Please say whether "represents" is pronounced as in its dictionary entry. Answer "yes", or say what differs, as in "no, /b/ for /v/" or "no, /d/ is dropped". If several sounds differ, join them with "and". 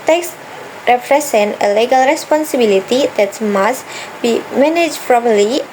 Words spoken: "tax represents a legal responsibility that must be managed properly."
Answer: no, /s/ is dropped